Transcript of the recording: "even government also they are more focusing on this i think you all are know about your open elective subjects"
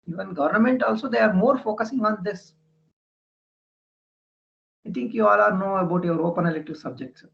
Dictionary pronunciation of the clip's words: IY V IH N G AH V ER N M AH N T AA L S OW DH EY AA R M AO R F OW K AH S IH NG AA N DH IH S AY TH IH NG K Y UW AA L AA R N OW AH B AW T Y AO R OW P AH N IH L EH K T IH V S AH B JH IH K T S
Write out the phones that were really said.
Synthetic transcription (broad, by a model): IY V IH N G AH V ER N M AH N T AA L S OW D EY AA R M AO R F OW K AH S IH NG AA N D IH S AY T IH NG K Y UW AA L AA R N OW AH B AW T Y AO R OW P AH N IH L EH T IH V S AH B JH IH K T S